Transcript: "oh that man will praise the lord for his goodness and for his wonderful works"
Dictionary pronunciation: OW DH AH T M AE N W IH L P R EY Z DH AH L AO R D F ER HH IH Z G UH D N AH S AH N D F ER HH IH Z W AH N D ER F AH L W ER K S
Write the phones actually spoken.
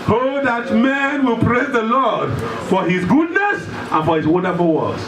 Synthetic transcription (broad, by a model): OW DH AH T M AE N W IH L P R EY Z DH AH L AO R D F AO HH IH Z G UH D N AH S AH N F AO HH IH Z W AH N D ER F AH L W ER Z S